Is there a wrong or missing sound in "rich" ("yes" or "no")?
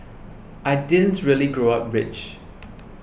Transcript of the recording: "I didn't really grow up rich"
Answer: no